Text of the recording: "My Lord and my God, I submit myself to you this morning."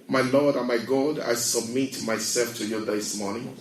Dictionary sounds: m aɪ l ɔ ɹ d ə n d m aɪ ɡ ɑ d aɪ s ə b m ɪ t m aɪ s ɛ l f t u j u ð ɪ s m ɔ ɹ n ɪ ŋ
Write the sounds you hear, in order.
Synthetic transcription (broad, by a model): m aɪ l ɔ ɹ d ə m aɪ ɡ ɑ d aɪ s ə b m ɪ t m aɪ s ɛ l f t u j u ð ɪ s m ɔ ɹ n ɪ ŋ